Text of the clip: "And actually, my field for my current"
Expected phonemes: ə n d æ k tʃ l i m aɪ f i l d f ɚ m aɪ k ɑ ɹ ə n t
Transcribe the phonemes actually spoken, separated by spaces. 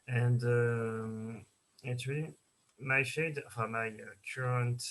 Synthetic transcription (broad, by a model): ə n d æ k tʃ l i m aɪ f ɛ d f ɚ m aɪ k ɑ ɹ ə n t